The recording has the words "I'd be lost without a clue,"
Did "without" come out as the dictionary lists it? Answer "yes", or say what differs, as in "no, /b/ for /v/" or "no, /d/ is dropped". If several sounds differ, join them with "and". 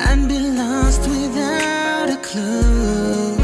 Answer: yes